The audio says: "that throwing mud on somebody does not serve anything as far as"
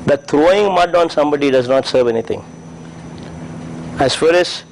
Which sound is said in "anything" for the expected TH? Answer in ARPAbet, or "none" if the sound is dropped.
T